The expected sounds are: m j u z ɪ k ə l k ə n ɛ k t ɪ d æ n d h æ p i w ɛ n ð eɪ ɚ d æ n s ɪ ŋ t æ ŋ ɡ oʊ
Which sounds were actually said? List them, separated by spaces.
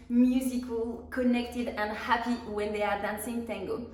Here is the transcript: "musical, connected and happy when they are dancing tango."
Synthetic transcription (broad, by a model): m j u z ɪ k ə l k ə n ɛ k t ɪ d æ n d h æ p i w ɛ n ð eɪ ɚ d æ n s ɪ ŋ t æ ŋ ɡ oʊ